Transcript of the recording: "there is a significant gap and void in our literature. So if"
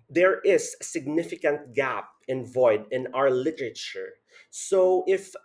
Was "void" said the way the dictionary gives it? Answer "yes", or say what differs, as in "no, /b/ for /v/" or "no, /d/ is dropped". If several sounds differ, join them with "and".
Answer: yes